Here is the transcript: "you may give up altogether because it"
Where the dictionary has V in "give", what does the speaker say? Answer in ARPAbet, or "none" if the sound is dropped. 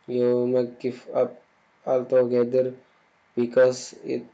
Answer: F